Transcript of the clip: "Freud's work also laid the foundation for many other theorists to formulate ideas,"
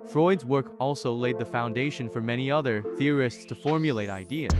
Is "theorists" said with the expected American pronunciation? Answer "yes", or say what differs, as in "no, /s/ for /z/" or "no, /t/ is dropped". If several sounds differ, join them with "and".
yes